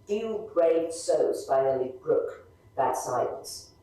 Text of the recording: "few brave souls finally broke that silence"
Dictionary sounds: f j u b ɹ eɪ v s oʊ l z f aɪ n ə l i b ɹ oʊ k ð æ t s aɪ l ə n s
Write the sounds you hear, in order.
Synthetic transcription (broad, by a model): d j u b ɹ eɪ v s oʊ z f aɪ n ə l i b ɹ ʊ k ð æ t s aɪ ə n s